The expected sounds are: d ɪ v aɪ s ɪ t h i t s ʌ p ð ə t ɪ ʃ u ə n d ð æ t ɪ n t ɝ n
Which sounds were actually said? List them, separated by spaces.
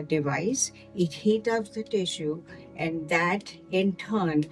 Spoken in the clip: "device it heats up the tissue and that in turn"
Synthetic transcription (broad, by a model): d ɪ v aɪ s ɪ t h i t ʌ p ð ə t ɪ ʃ u ə n d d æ t ɪ n t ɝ n